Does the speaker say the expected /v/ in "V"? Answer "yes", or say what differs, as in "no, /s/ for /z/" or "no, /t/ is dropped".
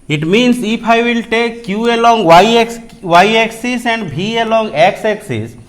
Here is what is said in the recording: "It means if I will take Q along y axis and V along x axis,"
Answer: no, /b/ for /v/